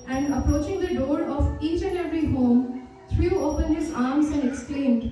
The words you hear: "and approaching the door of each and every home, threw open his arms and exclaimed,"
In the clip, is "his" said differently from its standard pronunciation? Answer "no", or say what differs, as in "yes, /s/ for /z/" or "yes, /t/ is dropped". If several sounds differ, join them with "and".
no